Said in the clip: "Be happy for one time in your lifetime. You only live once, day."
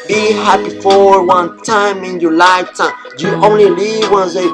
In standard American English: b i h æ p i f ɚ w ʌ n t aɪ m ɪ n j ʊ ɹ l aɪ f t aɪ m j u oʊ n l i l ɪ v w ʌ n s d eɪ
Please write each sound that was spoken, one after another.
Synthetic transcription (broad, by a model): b i h æ p i f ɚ w ʌ n t aɪ m ɪ n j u l aɪ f t aɪ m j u oʊ n l i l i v w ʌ n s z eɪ